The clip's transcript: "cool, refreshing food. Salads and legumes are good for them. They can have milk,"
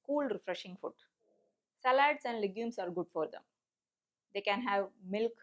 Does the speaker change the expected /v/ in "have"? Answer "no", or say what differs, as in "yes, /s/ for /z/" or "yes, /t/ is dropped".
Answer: no